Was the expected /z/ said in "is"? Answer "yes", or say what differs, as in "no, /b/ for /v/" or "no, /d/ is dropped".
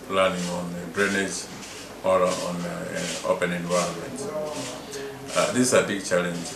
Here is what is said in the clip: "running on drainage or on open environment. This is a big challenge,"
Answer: no, /s/ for /z/